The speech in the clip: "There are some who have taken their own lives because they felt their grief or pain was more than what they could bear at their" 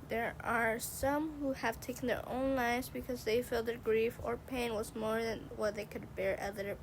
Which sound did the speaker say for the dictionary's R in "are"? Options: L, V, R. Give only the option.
R